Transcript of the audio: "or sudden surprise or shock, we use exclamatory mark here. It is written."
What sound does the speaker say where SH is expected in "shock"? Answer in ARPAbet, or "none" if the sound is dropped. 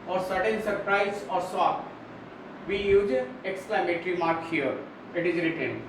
S